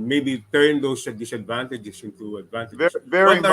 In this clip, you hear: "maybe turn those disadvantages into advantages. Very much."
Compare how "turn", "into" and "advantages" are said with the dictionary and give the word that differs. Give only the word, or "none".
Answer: advantages